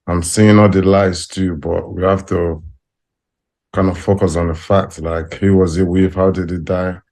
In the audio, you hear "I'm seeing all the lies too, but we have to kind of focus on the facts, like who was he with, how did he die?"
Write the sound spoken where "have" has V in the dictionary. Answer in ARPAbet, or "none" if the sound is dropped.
F